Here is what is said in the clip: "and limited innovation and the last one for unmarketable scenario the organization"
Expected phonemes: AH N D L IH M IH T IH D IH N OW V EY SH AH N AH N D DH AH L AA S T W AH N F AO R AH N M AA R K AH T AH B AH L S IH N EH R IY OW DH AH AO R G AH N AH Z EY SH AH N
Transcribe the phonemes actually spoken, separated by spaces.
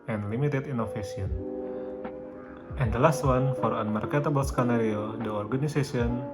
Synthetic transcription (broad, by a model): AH N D L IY M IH T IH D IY N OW F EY S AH N AH N D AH L AA S T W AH N F AO R AH N M AA R K AH T AH B AH L S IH N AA R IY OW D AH AO R G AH N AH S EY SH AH N